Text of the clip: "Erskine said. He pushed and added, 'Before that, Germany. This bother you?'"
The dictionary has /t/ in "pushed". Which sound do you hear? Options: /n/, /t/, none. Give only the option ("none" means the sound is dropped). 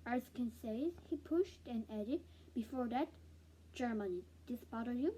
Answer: /t/